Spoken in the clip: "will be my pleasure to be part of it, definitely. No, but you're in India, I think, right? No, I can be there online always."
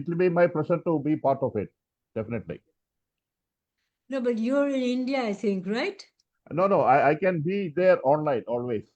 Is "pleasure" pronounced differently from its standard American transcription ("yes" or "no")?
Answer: yes